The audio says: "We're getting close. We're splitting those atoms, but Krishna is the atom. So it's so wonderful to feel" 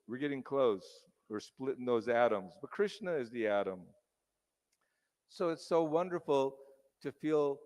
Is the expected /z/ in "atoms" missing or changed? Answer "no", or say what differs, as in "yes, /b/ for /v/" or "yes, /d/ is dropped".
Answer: no